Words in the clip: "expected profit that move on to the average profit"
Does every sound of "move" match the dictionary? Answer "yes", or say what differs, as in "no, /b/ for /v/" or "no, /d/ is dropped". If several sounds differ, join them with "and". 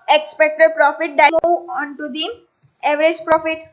no, /v/ is dropped